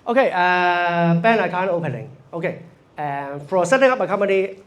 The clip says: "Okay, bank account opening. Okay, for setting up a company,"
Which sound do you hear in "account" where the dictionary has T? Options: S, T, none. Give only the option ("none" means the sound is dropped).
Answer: none